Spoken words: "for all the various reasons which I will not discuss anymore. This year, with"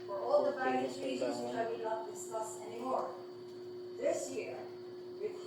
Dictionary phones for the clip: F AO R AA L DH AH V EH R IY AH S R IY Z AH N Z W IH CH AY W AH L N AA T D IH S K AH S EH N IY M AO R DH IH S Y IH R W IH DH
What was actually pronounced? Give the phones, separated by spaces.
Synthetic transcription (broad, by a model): F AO R AA L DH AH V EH IY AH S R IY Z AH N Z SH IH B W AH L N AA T D IH S K AH S EH N IY M AO R DH IH S Y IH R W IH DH